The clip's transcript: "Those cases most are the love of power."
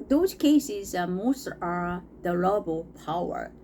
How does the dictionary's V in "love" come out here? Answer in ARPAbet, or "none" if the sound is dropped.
B